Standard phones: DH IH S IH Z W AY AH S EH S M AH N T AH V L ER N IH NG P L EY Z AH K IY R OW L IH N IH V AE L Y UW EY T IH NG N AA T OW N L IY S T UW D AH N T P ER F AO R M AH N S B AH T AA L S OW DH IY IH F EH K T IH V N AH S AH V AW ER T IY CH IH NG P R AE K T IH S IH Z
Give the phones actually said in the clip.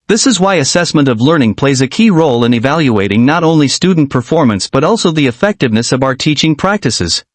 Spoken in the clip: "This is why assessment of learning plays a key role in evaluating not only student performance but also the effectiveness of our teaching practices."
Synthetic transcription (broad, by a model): DH IH S IH Z W AY AH S EH S M AH N T AH V L ER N IH NG P L EY Z AH K IY R OW L IH N IH V AE L Y UW EY T IH NG N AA T OW N L IY S T UW D N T P ER F AO R M AH N S B AH T AA L S OW DH IY IH F EH K T IH V N AH S AH V AW ER T IY CH IH NG P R AE K T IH S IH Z